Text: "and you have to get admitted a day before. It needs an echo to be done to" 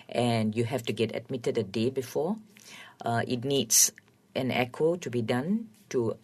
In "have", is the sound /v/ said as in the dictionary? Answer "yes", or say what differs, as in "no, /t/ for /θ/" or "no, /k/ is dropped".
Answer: no, /f/ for /v/